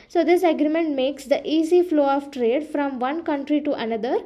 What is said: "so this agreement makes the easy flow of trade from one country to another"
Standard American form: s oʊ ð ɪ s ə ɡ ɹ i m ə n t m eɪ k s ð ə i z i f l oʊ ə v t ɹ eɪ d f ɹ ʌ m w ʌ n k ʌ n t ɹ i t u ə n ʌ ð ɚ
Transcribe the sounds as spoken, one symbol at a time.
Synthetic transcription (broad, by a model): s oʊ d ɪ s ə ɡ ɹ i m ə n t m eɪ k s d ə i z i f l oʊ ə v t ɹ eɪ d f ɹ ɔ m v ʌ n k ʌ n t ɹ i t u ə n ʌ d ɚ